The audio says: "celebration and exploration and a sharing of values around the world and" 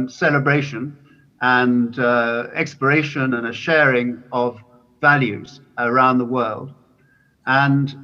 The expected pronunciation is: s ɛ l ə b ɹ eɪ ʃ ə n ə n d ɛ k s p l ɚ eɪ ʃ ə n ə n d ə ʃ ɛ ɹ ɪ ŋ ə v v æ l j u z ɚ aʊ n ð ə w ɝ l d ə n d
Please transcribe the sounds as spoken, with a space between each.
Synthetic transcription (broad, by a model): s ɛ l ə b ɹ eɪ ʃ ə n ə n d ɛ k s p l ɚ eɪ ʃ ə n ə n ə ʃ ɛ ɹ ɪ ŋ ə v v æ l j u z ɚ aʊ n ð ə w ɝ l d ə n